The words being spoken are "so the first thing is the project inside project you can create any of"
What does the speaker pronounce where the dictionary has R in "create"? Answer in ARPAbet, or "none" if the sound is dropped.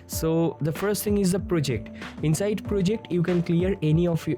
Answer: L